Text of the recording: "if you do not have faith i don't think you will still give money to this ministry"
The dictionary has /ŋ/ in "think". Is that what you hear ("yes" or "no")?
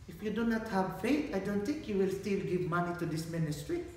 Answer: yes